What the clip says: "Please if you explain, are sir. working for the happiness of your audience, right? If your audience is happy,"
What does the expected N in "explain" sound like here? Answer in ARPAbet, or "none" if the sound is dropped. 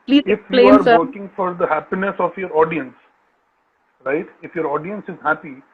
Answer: none